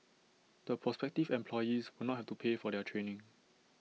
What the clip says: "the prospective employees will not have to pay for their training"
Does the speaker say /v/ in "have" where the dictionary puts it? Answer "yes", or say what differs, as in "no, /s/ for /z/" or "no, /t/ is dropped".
no, /f/ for /v/